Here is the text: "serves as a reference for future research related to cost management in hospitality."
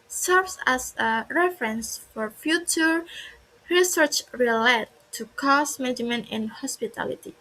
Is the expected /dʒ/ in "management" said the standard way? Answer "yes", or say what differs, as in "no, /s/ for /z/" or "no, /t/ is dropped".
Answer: no, /dʒ/ is dropped